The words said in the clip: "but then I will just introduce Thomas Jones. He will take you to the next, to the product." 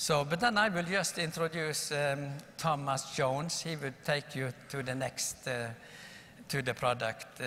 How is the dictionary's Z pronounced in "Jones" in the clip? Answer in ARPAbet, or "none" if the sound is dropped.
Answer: S